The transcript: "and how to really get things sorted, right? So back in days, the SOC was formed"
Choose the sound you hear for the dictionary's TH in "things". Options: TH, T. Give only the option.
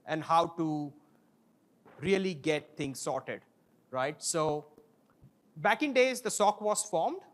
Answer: T